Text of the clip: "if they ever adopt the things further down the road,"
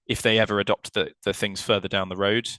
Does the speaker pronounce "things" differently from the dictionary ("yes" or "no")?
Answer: no